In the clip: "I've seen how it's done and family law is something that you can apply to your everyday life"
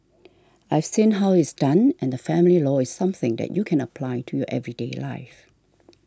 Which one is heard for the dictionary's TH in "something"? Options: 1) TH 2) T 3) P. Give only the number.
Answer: 1